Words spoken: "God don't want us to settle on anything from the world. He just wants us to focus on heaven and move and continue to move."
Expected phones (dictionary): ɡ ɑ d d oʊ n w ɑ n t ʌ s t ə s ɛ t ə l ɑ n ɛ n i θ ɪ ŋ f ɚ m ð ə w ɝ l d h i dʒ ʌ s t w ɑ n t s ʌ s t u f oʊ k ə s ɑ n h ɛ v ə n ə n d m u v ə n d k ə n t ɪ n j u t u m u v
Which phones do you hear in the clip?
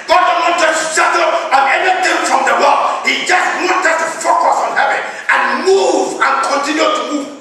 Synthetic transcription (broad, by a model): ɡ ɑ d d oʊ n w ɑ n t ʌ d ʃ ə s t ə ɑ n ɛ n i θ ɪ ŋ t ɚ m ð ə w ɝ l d h i dʒ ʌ s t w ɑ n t ʌ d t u f oʊ k ə s ɑ n h ɛ v ə n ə n m u v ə n k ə n t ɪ n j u t u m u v